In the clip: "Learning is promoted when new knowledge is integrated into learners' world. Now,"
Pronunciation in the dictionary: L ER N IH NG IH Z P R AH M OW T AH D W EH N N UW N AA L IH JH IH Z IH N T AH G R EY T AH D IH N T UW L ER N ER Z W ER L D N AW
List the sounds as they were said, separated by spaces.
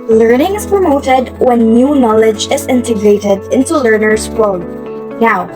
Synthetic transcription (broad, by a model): L ER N IH NG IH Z P R AH M OW T AH D W EH N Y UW N AA L IH JH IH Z IH N T AH G R EY T AH D IH N T UW L ER N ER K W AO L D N AW